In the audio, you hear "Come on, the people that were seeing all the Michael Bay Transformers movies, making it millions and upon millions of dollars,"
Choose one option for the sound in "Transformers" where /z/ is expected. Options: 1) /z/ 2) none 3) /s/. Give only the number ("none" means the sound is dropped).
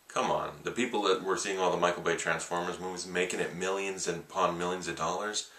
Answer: 1